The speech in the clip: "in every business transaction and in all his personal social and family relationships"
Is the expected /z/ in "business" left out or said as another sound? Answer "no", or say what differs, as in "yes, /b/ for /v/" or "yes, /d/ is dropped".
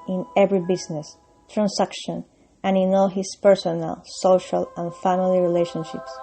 yes, /s/ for /z/